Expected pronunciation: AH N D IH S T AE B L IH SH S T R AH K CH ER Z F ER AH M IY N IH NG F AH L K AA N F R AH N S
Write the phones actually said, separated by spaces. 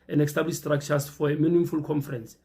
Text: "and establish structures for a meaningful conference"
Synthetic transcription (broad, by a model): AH N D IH S T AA B L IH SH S T R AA K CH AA S F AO AH M IY N IH NG F AH L K AA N F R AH N S